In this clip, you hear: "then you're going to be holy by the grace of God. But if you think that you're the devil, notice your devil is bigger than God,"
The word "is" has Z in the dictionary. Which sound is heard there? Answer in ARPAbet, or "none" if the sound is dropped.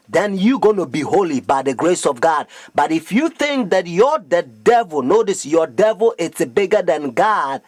S